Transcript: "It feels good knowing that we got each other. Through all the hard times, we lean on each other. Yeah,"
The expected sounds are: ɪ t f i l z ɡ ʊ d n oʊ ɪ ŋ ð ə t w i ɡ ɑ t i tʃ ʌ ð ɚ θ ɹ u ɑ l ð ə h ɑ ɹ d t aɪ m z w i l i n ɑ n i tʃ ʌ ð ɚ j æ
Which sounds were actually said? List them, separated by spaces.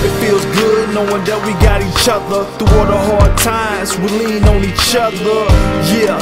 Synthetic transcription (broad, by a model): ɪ t f i l z ɡ ʊ d n oʊ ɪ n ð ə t w i ɡ ɑ t i tʃ ʌ ð ɚ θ u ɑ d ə h ɑ ɹ d t aɪ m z w i l i n ɑ n i tʃ ʌ ð ɚ j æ